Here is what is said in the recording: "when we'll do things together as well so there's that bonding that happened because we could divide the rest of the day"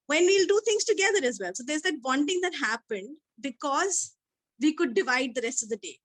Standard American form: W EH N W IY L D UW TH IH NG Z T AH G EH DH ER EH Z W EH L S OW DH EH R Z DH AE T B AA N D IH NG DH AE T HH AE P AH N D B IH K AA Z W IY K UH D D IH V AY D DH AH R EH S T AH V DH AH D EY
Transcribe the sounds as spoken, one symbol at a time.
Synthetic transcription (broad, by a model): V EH N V IY L D UW T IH NG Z T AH G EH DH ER EH Z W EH L S OW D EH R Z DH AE T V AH N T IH NG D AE T HH AE P AH N D B IH K AA Z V IY K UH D D IH V AY D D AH R EH S T AH V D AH D EY